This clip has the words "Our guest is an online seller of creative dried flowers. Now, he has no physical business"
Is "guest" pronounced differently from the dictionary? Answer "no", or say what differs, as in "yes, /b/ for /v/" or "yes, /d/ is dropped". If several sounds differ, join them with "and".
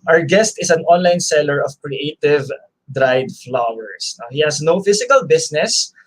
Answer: no